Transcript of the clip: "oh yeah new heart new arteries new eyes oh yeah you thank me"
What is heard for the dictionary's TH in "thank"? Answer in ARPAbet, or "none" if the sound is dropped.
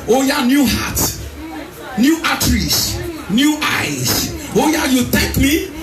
T